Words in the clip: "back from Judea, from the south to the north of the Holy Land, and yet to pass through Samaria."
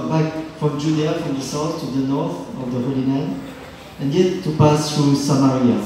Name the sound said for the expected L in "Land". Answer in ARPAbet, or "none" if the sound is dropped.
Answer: N